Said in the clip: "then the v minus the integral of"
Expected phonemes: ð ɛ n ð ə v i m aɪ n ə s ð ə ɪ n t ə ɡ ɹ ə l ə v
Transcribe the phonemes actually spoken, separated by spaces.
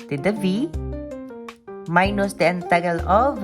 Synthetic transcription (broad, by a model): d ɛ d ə v i m aɪ n ə s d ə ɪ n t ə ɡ ə l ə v